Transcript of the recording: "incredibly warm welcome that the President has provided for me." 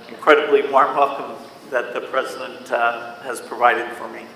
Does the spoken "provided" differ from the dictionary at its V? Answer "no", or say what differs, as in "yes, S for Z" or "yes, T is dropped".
no